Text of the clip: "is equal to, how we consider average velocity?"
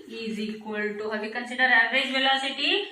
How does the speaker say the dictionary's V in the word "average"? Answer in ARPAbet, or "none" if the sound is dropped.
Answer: none